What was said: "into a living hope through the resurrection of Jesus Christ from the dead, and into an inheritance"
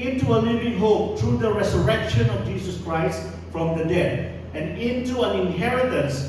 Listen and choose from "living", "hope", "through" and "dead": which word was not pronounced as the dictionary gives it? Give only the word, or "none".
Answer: through